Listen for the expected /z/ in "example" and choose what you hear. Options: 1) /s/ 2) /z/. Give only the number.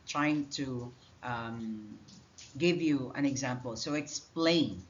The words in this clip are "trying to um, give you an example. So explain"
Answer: 2